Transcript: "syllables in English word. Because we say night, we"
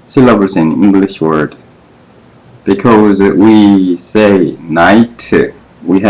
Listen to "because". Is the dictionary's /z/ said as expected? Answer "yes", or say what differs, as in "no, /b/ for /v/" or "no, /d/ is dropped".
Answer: yes